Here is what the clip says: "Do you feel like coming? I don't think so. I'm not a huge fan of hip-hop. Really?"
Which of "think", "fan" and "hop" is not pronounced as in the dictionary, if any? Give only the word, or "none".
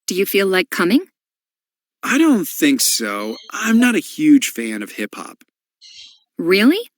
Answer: none